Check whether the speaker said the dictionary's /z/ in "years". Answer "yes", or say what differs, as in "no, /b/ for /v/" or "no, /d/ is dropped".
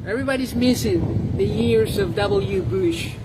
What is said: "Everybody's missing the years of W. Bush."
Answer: yes